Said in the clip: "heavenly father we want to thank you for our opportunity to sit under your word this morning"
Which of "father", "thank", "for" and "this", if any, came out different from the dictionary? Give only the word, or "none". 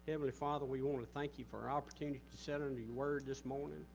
none